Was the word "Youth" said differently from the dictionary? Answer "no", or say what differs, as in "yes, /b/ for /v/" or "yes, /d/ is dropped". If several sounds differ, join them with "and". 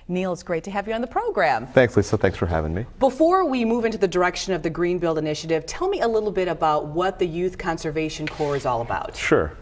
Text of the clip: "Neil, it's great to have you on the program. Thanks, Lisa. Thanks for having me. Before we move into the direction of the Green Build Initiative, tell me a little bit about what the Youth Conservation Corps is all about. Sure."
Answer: no